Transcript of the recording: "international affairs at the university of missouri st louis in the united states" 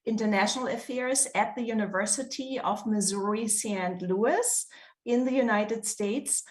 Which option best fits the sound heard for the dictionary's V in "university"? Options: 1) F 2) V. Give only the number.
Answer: 2